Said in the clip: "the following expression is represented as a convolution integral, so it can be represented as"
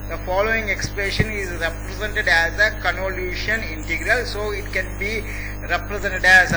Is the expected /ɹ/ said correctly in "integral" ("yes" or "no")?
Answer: yes